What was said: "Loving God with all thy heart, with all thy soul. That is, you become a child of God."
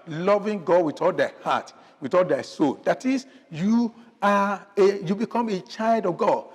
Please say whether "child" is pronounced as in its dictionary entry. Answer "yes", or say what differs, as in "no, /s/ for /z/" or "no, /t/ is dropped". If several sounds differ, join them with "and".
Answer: yes